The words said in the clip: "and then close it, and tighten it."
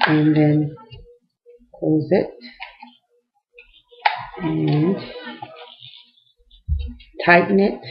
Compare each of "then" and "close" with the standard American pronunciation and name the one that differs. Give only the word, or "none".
close